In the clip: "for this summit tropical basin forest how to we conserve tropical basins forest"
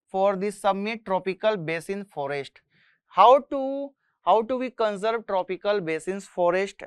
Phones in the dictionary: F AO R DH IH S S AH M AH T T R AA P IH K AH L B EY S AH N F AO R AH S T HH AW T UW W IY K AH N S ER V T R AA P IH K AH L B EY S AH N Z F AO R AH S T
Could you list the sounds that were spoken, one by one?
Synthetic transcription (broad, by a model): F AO R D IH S S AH M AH T T R AA P IH K AH L B EY S AH N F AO R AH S T HH AW T UW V IY K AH N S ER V T R AA P IH K AH L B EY S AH N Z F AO R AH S T